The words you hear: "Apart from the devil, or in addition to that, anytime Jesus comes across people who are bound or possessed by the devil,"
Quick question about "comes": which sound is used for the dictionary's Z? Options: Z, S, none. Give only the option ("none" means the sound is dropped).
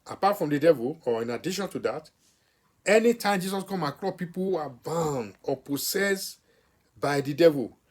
none